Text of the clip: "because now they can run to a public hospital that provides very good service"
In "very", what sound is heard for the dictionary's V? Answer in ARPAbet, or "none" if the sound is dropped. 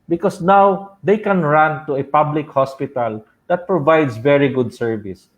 V